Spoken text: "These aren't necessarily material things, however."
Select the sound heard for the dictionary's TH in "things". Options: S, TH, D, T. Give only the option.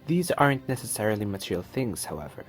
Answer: TH